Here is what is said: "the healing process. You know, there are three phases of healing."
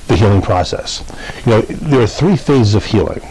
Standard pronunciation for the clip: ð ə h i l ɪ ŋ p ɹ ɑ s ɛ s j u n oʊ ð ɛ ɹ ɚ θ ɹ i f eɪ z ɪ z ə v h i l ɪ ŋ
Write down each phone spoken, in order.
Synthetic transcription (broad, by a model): ð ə h i l ɪ ŋ p ɹ ɑ s ɛ s j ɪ n oʊ ð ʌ ɹ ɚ θ ɹ i f eɪ z ɪ z ə v h i l ɪ ŋ